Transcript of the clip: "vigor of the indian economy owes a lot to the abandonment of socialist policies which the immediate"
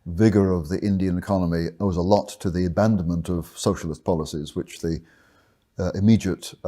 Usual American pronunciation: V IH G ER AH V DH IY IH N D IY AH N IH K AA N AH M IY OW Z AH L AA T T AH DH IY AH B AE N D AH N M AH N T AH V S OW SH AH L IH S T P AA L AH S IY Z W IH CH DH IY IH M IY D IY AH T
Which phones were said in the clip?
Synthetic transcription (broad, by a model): V IH G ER AH V DH IY IH N D IY AH N IH K AA N AH M IY OW Z AH L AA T T AH DH IY AH B AE N D AH N M AH N T AH V S OW SH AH L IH S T P AA L AH S IY Z W IH CH DH IY IH M IY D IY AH T